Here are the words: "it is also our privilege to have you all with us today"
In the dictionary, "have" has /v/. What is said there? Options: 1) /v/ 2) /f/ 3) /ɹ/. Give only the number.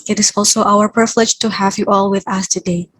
1